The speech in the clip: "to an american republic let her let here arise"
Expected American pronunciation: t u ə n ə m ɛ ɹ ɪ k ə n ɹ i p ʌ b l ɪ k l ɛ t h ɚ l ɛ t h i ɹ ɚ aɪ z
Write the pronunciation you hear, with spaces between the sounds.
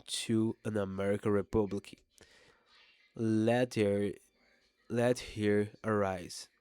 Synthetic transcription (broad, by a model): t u ə n ə m ɛ ɹ ɪ k ə n ɹ i p ʌ b l ɪ k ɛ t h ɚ l ɛ t h i ɹ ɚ aɪ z